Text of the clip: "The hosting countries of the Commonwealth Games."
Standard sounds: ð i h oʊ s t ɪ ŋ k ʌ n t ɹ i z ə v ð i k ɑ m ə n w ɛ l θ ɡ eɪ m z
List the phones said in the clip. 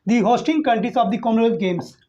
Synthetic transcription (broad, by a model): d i h oʊ s t ɪ ŋ k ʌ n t i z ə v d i k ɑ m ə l ɡ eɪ m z